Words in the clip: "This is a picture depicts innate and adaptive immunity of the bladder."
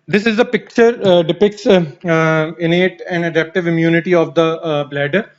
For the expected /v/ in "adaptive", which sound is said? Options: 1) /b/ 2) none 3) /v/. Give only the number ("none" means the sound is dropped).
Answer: 3